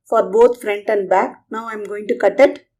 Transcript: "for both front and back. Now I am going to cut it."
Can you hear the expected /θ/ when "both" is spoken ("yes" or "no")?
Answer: no